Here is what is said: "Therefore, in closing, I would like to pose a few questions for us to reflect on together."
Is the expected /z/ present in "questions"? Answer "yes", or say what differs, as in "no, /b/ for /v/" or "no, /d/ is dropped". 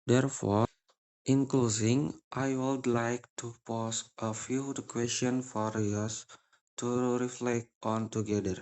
no, /z/ is dropped